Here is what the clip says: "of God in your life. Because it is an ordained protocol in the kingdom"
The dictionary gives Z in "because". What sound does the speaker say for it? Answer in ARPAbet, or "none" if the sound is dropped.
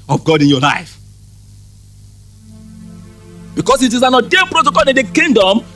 S